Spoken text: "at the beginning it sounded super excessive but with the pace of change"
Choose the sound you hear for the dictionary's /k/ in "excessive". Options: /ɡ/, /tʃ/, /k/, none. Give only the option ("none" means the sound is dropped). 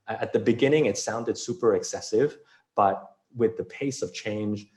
/k/